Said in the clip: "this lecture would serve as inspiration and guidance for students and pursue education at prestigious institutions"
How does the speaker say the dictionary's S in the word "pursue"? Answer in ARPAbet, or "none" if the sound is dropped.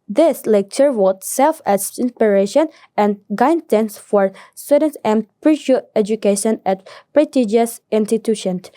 SH